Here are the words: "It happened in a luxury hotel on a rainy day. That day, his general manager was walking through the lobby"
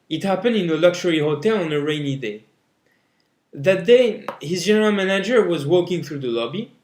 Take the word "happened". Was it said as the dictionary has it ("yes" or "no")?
yes